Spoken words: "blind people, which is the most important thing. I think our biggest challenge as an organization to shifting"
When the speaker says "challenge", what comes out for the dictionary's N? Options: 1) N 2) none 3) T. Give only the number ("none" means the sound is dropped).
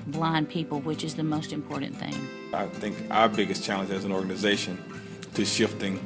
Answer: 1